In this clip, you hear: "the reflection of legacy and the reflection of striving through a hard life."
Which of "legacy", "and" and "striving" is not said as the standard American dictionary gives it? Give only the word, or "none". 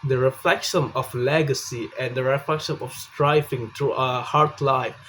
striving